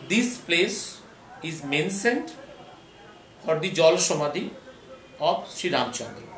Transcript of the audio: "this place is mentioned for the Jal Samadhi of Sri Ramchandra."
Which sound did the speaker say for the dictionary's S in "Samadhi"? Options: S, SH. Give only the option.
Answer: SH